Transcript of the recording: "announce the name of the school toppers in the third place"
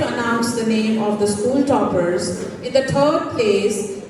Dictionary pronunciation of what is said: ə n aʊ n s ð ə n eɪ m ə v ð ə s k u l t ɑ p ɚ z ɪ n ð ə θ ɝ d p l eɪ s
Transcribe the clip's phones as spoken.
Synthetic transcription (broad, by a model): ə n aʊ n s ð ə n eɪ m ə v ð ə s k u l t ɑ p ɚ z ɪ n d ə t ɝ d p l eɪ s